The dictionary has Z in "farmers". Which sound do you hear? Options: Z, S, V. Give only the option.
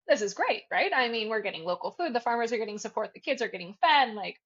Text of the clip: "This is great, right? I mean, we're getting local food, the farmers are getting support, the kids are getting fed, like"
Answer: Z